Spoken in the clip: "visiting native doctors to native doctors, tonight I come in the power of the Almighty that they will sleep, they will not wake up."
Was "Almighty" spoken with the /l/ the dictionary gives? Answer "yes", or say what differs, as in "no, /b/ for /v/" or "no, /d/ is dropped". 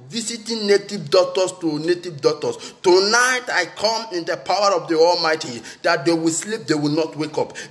yes